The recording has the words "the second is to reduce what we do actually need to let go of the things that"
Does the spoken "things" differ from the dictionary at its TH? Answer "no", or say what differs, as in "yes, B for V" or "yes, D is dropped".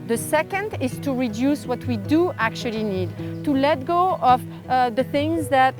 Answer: no